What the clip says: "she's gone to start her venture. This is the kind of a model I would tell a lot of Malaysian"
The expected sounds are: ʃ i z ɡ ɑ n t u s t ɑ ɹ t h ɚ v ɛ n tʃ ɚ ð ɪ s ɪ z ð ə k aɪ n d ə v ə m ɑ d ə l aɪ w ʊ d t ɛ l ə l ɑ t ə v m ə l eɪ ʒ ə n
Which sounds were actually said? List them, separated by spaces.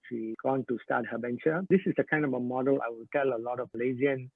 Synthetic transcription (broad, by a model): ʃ i ɡ ɑ n t u s t ɑ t h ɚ b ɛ n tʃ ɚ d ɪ s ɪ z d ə k aɪ n d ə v ə m ɑ d ə l aɪ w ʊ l t ɛ l ə l ɑ t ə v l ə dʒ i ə n